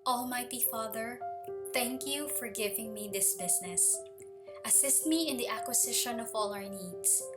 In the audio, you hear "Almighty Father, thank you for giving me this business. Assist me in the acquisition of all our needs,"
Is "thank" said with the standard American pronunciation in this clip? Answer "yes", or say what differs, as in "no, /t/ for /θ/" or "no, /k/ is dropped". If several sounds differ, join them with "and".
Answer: yes